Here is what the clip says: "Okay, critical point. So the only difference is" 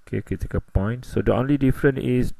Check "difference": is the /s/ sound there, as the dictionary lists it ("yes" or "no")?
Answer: no